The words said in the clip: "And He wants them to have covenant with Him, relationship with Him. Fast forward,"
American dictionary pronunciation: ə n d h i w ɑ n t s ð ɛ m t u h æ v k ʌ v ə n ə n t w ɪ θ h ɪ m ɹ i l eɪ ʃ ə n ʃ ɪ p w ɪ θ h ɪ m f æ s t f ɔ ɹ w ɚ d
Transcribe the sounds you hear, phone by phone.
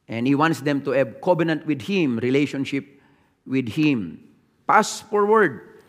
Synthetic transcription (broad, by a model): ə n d h i w ɑ n t s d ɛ m t u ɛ b k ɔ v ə n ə n t w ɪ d h ɪ m ɹ i l eɪ ʃ ə n ʃ ɪ p w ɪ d h ɪ m p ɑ s f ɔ ɹ w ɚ d